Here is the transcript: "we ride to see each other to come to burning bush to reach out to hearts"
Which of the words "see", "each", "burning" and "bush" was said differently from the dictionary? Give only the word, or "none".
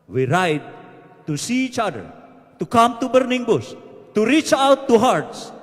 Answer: bush